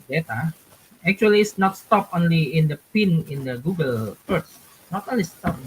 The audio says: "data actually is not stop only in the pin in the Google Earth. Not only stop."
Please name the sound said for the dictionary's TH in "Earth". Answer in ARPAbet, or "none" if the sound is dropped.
S